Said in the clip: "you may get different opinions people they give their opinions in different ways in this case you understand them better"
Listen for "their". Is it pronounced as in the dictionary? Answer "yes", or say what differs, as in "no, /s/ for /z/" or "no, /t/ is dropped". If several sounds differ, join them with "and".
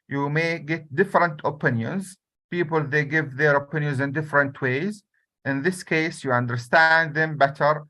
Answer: yes